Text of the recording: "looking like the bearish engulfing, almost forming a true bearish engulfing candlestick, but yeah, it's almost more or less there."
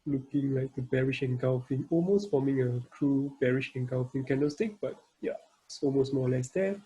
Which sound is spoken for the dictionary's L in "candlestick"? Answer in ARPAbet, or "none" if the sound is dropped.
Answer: none